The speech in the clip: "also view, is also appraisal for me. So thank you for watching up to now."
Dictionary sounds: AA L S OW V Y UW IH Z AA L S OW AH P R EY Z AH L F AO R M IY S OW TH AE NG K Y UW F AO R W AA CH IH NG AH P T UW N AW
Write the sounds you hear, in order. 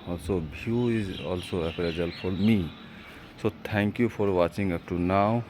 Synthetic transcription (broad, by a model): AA L S OW B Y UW IH Z AA L S OW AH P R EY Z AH L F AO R M IY S OW T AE NG K Y UW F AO R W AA CH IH NG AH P T UW N AW